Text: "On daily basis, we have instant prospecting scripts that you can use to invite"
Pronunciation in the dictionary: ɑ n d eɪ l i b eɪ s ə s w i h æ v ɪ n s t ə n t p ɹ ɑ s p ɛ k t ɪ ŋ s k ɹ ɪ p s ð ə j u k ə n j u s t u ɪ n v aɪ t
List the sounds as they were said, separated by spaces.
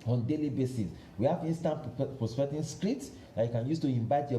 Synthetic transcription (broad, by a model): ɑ n d eɪ l i b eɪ s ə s w i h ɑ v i n s t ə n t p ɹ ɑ s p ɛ t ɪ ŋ s k ɹ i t s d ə j u k ə n j u s t u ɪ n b aɪ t